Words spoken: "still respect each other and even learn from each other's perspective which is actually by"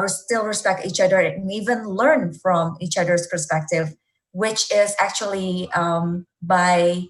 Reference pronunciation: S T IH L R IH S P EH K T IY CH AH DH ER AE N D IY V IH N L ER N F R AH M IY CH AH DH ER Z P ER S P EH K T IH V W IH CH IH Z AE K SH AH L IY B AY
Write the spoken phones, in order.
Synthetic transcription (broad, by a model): S T IH L R IH S P EH K T IY CH AH DH ER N IY V IH N L ER N F R AH M IY CH AH DH ER Z P ER S P EH K T IH V W IH CH IH Z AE K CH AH L IY B AY